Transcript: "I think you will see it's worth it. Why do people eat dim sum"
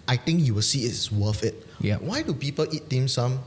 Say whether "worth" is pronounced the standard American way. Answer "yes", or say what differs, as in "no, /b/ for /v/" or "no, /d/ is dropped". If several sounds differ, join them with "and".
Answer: no, /f/ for /θ/